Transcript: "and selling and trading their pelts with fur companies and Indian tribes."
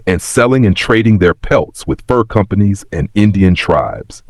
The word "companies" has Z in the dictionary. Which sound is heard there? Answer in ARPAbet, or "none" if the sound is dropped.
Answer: Z